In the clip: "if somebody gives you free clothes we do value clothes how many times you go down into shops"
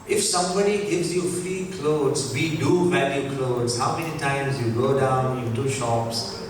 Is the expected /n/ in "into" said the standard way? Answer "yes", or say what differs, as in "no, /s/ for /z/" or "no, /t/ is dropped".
no, /n/ is dropped